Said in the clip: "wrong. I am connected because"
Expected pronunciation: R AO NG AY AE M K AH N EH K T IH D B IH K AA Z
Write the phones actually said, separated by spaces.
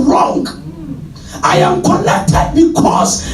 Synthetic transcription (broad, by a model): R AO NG AY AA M K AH L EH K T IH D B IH K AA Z